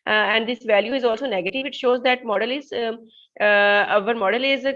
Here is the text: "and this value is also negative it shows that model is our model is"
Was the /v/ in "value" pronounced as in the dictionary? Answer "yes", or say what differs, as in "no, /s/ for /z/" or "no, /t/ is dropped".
yes